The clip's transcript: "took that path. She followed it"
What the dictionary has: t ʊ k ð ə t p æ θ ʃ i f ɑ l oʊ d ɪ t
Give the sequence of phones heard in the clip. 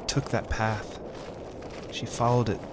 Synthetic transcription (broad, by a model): t ʊ k ð ə t p æ θ ʃ i f ɑ l oʊ d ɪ t